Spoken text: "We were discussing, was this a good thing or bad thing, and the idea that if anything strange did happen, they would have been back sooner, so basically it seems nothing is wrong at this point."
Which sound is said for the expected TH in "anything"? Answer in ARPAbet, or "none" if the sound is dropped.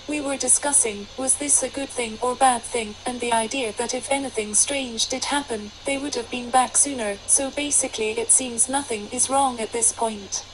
TH